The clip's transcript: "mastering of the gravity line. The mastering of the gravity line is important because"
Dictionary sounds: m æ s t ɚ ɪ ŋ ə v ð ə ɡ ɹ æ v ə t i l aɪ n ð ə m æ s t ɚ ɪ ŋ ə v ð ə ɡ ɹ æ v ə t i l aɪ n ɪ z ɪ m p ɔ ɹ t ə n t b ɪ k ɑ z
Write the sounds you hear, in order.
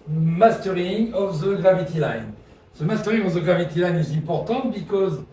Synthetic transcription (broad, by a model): m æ s t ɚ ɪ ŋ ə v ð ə ɡ ɹ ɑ v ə t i l aɪ n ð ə m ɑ s t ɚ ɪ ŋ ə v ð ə ɡ ɹ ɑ v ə t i l aɪ n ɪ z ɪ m p ɔ ɹ t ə t b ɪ k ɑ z